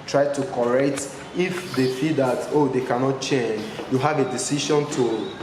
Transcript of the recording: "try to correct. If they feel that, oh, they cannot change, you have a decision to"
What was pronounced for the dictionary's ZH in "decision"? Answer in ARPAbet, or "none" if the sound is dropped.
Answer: SH